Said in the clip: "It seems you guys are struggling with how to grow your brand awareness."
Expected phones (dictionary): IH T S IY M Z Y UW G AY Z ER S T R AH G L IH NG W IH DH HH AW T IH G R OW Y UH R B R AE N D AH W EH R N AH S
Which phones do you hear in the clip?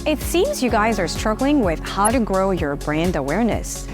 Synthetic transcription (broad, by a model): IH T S IY M Z Y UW G AY Z ER S T R AH G L IH NG W IH DH HH AW T IH G R OW Y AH R B R AE N D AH W EH R N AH S